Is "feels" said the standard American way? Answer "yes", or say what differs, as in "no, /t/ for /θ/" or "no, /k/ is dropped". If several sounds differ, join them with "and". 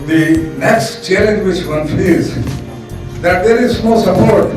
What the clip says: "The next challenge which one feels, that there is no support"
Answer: no, /l/ is dropped